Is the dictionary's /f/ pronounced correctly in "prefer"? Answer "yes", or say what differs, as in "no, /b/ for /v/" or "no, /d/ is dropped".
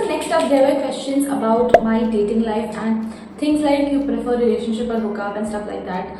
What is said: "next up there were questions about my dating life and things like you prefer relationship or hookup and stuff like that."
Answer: yes